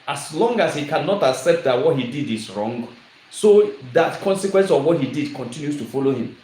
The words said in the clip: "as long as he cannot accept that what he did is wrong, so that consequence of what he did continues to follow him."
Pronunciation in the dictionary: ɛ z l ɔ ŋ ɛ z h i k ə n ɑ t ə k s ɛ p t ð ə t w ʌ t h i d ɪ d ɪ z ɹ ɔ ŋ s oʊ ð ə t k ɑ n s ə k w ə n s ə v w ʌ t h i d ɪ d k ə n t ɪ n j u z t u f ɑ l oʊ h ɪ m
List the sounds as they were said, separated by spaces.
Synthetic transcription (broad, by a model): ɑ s l ɔ ŋ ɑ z h i k ə n ɑ t ə k s ɛ p t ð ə t w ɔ t h i d ɪ d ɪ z ɹ ɔ ŋ s oʊ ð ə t k ɑ n s ə k w ə n s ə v w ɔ t h i d ɪ d k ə n t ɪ n j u s t u f ɑ l oʊ h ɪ m